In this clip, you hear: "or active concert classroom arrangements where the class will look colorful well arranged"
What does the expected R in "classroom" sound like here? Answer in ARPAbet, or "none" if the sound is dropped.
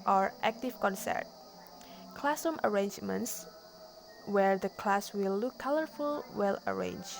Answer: none